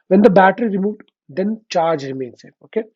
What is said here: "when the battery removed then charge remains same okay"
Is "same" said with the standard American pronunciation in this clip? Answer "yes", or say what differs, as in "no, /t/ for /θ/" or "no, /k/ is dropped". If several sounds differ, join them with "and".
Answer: no, /m/ is dropped